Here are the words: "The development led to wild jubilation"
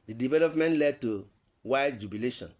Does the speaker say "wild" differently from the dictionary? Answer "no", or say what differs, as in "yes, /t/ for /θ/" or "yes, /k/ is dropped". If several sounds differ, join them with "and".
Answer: yes, /l/ is dropped